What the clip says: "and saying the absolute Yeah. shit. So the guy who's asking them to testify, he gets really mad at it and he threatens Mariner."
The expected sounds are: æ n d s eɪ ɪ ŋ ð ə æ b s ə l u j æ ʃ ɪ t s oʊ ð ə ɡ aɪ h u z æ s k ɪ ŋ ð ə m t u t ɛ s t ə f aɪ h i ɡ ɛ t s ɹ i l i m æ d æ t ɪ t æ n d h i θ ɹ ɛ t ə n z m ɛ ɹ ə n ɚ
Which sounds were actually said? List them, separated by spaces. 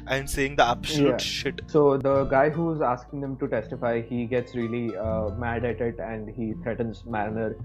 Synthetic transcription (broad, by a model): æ n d s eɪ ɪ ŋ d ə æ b s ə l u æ ʃ ɪ t s oʊ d ə ɡ aɪ h u z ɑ s k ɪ ŋ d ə m t u t ɛ s t ə f aɪ h i ɡ ɛ t s ɹ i l i m æ d æ t ɪ t æ n d h i t ɹ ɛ t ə n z m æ ɹ n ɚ